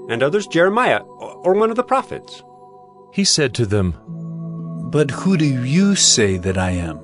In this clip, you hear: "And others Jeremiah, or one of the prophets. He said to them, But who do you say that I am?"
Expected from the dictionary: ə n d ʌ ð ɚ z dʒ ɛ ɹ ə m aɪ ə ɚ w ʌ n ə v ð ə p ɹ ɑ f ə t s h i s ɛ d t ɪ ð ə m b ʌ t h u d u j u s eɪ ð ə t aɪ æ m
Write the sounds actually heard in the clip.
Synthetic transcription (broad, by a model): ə n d ʌ ð ɚ z dʒ ɛ ɹ ə m aɪ ə ɚ w ʌ n ə v ð ə p ɹ ɑ f ə t s h i s ɛ d t ɪ ð ə m b ʌ t h u d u j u s eɪ ð ə t aɪ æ m